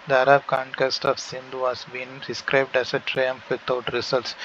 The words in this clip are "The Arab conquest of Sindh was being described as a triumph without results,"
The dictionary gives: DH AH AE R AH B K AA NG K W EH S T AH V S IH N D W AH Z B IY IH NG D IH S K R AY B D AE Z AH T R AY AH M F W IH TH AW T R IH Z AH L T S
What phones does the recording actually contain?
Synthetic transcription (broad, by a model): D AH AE R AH B K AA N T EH S T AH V S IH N D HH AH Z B IY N D IH S K R AY B D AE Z AH T R AY AH M F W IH T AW T R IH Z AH L T S